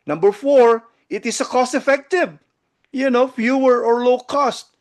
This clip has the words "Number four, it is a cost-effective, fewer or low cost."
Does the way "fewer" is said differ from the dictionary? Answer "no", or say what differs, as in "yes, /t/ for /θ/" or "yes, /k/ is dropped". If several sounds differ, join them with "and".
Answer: no